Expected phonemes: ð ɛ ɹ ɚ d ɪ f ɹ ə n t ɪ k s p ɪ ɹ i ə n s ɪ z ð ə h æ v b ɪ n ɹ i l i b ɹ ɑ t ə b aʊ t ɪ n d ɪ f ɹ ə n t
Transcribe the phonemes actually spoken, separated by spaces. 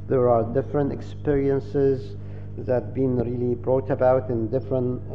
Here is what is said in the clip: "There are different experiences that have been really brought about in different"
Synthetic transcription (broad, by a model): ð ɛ ɹ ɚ d ɪ f ɹ ə n t ɪ k s p ɪ ɹ i ə n s ɪ z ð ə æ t b ɪ n ɹ i l i b ɹ ɑ t ə b aʊ t ɪ n d ɪ f ɹ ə n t